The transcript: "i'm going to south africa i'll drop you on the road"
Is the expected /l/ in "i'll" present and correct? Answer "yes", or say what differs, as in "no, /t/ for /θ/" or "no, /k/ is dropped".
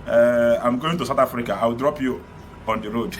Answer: no, /w/ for /l/